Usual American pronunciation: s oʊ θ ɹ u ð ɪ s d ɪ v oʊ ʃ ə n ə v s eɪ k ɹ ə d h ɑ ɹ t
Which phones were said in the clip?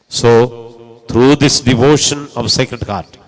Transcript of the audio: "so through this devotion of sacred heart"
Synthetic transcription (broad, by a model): s oʊ t ɹ u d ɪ s d ɪ v oʊ ʃ ə n ə v s eɪ k ɹ ə d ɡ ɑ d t